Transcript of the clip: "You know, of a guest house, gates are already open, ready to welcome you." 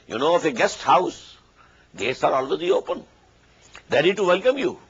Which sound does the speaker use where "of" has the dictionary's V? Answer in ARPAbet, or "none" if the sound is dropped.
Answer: F